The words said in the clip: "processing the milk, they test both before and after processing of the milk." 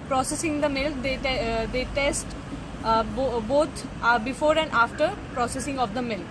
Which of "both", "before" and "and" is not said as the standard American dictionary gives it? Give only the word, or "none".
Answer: both